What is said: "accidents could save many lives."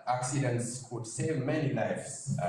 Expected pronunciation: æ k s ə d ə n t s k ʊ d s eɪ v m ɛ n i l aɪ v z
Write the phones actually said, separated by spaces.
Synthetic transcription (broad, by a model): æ k s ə d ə n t s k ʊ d s eɪ v m ɛ n i l aɪ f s